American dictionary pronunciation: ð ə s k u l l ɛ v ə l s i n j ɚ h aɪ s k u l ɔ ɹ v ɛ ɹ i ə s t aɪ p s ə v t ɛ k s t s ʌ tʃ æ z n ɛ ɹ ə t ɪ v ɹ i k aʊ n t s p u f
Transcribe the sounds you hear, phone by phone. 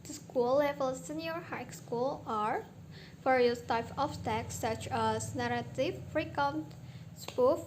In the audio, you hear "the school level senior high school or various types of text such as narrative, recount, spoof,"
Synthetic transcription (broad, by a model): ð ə s k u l l ɛ v ə l s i n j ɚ h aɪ s k u l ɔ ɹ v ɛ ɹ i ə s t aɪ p ə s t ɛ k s s ʌ tʃ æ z n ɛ ɹ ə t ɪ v ɹ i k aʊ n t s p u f